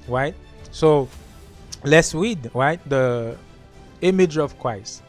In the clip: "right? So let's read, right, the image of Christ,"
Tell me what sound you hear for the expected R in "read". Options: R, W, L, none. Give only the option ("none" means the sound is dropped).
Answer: W